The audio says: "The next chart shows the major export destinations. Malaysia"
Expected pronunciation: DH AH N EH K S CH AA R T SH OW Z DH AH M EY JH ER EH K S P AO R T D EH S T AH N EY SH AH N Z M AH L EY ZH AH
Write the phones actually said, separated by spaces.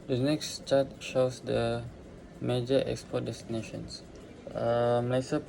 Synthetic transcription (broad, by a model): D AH N EH K S CH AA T SH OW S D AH M EY JH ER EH K S P AO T D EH S T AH N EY SH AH N S M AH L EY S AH